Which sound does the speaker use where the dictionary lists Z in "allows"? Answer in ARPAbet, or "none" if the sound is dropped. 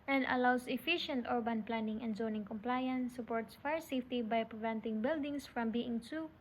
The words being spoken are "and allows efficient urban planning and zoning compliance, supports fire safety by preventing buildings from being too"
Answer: S